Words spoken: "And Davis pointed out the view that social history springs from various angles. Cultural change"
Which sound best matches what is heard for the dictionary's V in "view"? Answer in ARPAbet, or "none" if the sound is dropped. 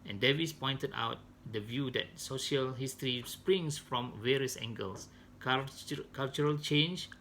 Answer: V